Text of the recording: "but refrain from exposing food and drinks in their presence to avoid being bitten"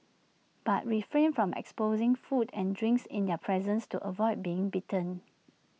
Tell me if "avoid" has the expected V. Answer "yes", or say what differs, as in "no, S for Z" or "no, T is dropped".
yes